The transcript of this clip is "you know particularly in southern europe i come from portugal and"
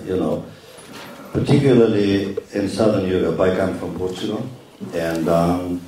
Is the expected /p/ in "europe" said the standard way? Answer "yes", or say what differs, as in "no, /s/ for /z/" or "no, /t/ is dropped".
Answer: no, /b/ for /p/